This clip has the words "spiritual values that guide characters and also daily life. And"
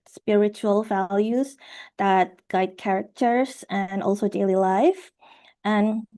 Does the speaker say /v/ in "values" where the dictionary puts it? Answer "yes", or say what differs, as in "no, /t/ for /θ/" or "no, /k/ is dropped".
yes